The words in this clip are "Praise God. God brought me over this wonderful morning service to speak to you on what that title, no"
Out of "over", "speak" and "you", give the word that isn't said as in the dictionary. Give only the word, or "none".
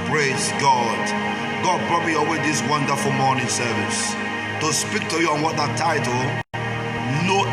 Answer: over